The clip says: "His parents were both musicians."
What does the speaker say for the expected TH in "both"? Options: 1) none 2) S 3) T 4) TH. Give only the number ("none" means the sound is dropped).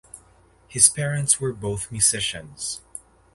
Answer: 4